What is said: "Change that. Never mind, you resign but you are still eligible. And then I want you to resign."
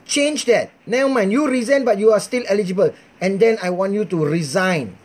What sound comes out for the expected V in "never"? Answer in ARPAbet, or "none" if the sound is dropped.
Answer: none